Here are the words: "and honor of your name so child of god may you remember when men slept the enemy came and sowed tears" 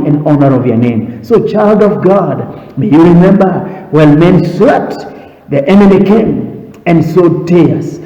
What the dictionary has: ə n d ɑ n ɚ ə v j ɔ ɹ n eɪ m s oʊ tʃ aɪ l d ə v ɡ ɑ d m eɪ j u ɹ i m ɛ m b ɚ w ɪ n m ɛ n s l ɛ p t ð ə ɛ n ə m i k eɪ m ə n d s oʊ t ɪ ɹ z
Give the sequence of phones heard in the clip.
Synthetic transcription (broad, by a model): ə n ɑ n ɚ ə v j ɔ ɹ n eɪ m s oʊ tʃ aɪ l d ə v ɡ ɑ d m eɪ j u ɹ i m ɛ m b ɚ w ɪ l m ɛ n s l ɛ t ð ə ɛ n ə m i k eɪ m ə n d s oʊ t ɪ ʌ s